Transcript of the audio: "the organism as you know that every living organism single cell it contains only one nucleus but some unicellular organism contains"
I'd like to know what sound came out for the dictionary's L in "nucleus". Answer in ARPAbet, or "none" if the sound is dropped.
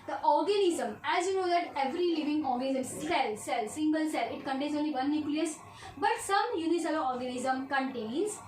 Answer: L